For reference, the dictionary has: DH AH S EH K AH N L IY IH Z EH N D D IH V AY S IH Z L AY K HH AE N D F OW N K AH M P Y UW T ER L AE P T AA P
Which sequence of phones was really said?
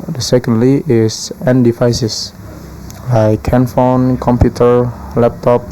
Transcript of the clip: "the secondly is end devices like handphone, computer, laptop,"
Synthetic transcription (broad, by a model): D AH S EH K AH N L IY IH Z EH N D D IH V AY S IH S L AY K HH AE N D F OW N K AH M P Y UW T ER L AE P T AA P